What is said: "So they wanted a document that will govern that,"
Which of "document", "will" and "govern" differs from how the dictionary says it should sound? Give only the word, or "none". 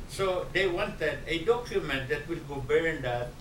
govern